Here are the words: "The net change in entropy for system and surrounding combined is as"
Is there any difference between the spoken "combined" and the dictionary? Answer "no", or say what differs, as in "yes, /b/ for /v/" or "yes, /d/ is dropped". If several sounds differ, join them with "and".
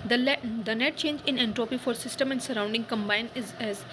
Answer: yes, /d/ is dropped